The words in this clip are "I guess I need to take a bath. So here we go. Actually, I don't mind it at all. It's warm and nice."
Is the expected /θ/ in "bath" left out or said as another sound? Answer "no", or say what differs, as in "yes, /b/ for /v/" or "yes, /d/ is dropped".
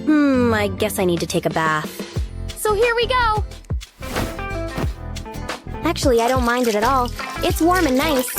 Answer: no